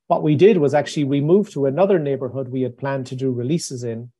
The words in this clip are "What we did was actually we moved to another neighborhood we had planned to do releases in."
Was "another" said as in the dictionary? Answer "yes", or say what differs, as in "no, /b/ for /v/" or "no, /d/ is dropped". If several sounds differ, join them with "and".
yes